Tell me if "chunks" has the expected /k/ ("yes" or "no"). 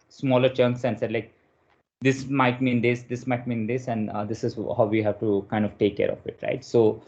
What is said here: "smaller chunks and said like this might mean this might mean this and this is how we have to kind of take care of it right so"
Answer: yes